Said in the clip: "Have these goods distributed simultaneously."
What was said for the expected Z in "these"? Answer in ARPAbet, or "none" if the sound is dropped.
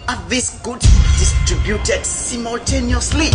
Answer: S